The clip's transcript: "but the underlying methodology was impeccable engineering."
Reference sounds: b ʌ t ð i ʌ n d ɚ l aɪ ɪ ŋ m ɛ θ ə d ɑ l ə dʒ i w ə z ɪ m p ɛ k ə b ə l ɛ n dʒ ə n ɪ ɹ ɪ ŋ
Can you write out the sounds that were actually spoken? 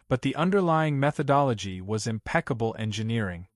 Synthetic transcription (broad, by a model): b ʌ t ð i ʌ n d ɚ l aɪ ɪ ŋ m ɛ θ ə d ɑ l ə dʒ i w ə z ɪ m p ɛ k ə b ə l ɛ n dʒ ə n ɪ ɹ ɪ ŋ